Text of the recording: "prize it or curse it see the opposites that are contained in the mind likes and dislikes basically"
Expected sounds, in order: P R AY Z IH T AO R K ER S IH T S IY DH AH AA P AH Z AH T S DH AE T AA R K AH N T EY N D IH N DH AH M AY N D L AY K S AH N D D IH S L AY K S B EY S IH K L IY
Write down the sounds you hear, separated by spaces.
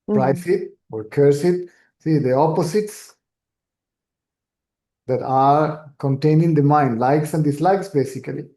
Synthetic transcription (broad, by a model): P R AY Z IH T AO R K ER S IH T S IY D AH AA P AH S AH T S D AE T AA R K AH N T EY N IH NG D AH M AY N D L AY K S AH N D D IH S L AY K S B EY S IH K L IY